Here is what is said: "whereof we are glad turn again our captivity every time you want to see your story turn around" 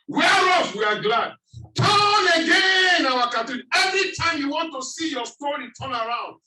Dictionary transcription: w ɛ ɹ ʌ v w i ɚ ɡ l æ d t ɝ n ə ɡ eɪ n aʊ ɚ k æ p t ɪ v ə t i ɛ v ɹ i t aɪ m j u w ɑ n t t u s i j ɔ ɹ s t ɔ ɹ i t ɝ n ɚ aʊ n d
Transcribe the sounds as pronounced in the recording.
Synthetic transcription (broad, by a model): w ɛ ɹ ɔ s w i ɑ ɡ l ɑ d t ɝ n ə ɡ eɪ n aʊ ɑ k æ t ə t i ɛ v ɹ i t aɪ m j u w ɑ n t t u s i j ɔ s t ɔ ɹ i t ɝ n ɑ aʊ n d